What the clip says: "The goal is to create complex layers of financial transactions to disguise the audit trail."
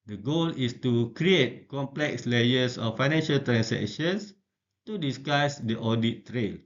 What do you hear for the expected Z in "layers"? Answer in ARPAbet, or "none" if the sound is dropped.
S